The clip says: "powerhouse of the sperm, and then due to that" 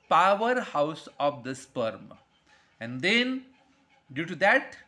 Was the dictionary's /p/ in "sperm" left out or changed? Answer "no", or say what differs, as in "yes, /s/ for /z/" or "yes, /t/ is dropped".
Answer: no